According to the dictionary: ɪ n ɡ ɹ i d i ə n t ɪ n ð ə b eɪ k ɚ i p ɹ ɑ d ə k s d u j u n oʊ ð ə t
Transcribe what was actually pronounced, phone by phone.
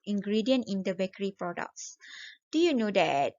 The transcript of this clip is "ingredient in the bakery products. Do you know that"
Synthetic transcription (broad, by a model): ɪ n ɡ ɹ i d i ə n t ɪ n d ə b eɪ k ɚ i p ɹ ɑ d ə k s d u j u n oʊ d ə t